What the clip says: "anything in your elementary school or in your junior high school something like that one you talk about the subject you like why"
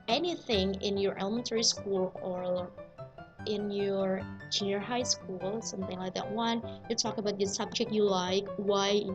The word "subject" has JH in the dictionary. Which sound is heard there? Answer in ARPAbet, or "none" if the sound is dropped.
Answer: JH